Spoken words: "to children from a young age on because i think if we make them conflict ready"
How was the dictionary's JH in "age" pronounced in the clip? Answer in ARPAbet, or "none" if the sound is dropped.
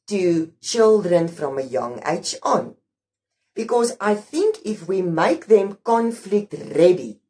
CH